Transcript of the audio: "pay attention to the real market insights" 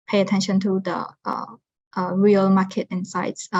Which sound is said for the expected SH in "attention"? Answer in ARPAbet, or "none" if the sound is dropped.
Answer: SH